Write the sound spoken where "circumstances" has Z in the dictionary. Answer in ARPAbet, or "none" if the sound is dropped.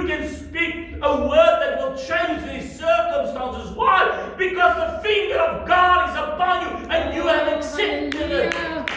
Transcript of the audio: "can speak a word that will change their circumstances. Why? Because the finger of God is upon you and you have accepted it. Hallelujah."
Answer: Z